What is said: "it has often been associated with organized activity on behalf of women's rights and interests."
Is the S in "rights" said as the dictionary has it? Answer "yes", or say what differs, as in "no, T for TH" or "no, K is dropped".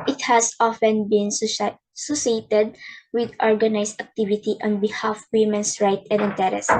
no, S is dropped